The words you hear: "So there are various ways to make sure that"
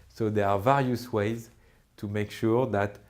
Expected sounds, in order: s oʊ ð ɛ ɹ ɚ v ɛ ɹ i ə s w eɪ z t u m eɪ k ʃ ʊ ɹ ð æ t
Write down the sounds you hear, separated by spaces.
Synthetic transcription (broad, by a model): s oʊ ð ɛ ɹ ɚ v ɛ ɹ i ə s w eɪ z t u m eɪ k ʃ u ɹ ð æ t